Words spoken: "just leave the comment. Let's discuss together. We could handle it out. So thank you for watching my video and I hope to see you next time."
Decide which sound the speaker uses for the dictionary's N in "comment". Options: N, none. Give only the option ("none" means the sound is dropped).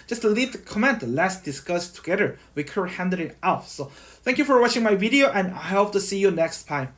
N